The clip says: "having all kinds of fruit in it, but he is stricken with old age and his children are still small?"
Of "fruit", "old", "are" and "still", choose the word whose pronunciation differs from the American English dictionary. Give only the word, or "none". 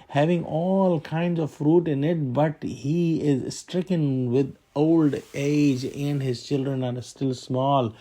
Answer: none